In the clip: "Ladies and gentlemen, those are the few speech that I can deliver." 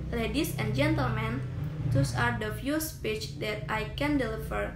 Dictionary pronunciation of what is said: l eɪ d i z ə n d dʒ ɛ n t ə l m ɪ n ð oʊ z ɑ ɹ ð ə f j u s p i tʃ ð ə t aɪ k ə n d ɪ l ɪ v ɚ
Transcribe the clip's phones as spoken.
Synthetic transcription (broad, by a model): l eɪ d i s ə n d dʒ ɛ n t ə l m ɪ n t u s ɑ ɹ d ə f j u s p i tʃ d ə t aɪ k ə n d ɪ l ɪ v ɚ